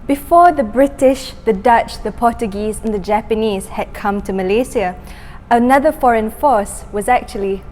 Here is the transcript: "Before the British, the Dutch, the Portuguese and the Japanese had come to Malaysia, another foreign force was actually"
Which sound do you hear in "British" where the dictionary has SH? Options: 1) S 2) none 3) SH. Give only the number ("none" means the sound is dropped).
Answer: 3